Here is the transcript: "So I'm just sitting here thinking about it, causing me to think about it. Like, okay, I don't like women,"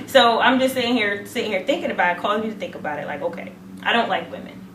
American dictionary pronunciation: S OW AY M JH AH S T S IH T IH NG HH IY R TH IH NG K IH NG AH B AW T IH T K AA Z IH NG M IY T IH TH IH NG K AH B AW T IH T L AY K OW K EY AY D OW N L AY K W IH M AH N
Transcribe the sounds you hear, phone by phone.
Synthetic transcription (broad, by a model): S OW AY M JH AH S T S IH S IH NG HH IY R TH IH NG K IH NG AH B AW T IH T K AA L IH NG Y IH T IH TH IH NG K AH B AW T IH T L AY K OW K EY AY D OW N L AY K W IH M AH N